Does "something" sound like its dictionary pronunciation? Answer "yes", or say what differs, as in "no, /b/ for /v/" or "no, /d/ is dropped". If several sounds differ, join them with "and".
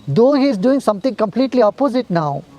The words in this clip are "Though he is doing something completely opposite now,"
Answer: no, /t/ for /θ/